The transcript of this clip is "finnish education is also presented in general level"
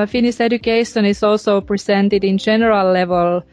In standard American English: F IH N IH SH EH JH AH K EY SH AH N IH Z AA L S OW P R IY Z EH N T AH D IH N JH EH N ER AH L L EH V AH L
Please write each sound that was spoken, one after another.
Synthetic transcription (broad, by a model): F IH N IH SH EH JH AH K EY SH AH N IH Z AA L S OW P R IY S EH N T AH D IH N JH EH N ER AH L L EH V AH L